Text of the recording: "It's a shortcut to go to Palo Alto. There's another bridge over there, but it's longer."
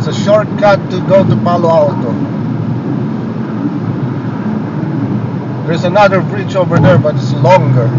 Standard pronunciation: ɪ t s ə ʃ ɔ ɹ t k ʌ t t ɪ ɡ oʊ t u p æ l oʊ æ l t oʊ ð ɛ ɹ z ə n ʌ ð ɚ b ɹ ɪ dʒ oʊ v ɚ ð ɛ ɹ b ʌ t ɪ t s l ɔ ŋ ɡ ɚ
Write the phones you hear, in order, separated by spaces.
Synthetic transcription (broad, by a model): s ə ʃ ɔ ɹ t k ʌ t t ɪ ɡ oʊ t u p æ l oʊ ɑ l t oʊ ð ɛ ɹ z ə n ʌ ð ɚ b ɹ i tʃ oʊ v ɚ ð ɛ ɹ b ʌ t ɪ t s l ɔ ŋ ɡ ɚ